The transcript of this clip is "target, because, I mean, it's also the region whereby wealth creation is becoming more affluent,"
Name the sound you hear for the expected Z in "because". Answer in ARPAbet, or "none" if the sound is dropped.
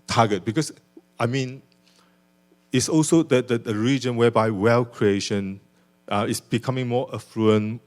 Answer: S